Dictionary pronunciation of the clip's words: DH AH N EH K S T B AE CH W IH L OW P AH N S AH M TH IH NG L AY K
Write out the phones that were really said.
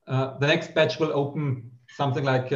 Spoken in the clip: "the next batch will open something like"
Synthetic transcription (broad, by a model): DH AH N EH K S T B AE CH W IH L OW P AH N S AH M TH IH NG L AY K